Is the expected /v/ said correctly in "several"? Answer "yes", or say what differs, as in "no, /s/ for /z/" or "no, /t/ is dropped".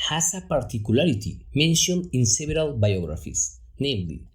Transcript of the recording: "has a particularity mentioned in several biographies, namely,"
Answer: no, /b/ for /v/